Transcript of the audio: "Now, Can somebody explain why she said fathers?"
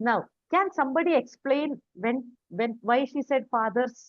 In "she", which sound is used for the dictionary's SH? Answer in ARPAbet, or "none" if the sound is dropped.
SH